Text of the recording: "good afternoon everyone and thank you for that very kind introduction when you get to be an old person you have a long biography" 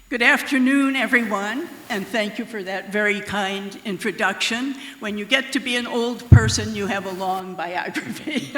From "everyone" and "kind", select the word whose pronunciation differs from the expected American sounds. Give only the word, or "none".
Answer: none